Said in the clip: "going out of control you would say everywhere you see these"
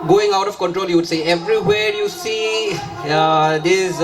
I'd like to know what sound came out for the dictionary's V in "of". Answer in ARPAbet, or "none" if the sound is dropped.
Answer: F